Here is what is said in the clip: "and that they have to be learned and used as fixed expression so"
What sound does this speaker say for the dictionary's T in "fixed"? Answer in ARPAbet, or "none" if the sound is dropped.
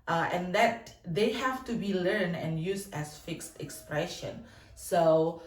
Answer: T